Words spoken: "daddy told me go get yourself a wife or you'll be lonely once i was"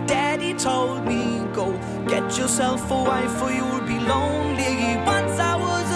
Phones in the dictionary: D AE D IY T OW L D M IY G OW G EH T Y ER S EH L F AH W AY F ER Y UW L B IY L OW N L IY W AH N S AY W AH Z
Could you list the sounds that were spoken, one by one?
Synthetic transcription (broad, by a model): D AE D IY T OW L D M IY G OW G EH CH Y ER S EH L F AH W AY F ER Y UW W B IY L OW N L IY W AH N S AY W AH Z